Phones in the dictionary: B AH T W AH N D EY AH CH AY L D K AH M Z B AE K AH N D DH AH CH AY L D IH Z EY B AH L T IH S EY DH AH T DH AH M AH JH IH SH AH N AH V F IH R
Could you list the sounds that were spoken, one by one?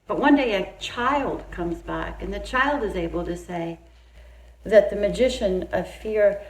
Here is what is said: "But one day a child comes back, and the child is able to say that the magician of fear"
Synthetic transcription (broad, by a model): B AH T W AH N D EY AH CH AY L D K AH M Z B AE K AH N DH AH CH AY L D IH Z EY B L T IH S EY DH AH T DH AH M AH JH IH SH AH N AH V F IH R